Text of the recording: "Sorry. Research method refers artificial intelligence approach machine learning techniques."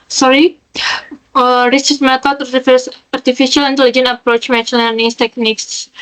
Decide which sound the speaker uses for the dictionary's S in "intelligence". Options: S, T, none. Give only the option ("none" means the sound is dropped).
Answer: none